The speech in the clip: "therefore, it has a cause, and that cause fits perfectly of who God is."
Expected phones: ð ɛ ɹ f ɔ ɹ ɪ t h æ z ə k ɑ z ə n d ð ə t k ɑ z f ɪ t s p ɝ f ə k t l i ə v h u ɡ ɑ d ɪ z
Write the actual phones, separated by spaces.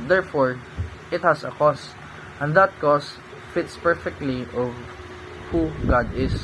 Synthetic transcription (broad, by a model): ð ɛ ɹ f ɔ ɹ ɪ t h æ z ə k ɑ s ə n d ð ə t k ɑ s f ɪ t s p ɝ f ə k t l i ə v h u ɡ ɑ d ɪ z